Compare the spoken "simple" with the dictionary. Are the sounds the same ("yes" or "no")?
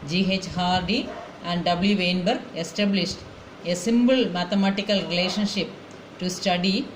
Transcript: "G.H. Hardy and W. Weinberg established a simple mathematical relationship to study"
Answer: no